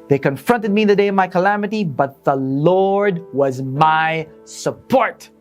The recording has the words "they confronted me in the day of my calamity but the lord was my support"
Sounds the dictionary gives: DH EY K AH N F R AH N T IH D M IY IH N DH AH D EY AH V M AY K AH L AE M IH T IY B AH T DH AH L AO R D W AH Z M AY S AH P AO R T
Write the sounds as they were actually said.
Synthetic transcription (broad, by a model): DH EY K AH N F R AH N T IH D M IY IH N DH AH D EY AH V M AY K AH L AE M IH T IY B AH T DH AH L AO R D W AH Z M AY S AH P AO R T